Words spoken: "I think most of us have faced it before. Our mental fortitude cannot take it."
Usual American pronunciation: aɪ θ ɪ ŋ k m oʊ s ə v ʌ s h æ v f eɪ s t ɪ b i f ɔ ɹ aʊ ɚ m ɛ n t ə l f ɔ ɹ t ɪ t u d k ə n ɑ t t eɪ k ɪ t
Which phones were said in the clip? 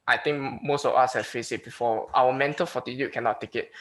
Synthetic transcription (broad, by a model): aɪ t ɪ ŋ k m oʊ s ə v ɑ s h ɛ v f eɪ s ɪ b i f ɔ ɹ aʊ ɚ m ɛ n t ə l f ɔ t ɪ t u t k ə n ɑ t t eɪ k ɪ t